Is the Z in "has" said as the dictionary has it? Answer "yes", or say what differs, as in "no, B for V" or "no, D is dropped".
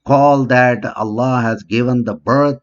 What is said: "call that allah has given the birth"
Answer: yes